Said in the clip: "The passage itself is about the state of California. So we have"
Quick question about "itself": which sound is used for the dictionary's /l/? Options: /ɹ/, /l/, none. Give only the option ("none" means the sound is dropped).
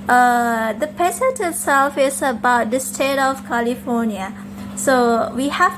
/l/